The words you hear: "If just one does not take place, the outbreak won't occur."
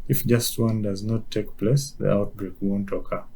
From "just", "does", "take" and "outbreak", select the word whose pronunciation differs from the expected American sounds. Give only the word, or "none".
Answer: none